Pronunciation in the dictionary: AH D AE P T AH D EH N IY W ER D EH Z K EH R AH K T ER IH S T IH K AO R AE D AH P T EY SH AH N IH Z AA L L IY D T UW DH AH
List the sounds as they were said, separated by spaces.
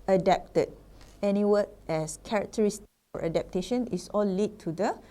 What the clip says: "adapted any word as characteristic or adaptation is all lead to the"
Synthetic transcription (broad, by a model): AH D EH P T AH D EH N IY W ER EH S K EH R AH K T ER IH S T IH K AO R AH D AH P T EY SH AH N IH S AA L L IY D T UW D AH